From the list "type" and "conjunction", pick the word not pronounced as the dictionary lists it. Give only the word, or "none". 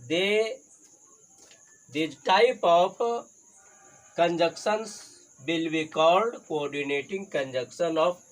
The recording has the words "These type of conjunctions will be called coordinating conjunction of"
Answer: conjunction